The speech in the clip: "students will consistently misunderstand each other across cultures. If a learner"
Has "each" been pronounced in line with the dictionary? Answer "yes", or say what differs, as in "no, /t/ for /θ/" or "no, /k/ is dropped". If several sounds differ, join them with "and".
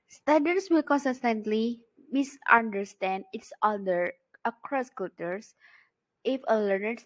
no, /s/ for /tʃ/